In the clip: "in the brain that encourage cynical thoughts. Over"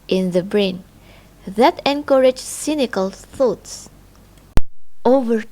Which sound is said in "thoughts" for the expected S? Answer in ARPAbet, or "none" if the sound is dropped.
S